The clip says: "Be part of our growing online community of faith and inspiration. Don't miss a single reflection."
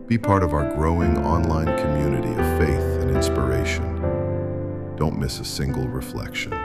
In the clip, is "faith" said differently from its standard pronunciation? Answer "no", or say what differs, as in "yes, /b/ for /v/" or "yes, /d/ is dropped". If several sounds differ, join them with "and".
no